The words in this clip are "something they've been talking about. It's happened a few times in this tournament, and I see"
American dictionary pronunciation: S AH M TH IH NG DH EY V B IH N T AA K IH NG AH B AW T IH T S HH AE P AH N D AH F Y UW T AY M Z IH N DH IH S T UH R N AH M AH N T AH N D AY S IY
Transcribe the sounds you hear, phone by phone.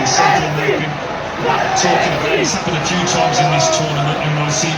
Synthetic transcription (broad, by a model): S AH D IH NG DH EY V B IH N T AA K IH NG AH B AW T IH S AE B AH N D AH F Y UW T AY M Z IH N DH IH S T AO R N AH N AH T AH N AY S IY